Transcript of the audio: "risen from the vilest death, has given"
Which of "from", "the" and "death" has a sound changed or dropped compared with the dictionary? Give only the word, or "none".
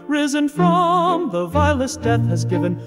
none